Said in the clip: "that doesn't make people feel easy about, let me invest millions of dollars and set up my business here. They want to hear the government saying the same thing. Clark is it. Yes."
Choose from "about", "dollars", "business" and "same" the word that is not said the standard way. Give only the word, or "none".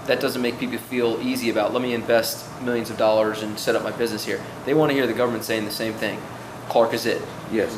none